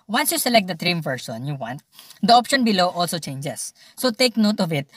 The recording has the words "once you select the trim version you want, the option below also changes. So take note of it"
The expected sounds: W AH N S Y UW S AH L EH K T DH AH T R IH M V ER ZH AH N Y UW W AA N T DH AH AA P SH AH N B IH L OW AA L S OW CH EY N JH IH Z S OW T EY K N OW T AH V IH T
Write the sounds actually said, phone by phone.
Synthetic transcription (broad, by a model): W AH N S Y UW S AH L EH K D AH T R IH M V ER S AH N Y UW W AA N T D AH AA P SH AH N B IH L OW AA L S OW CH EY N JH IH S OW T EY K N OW T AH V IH T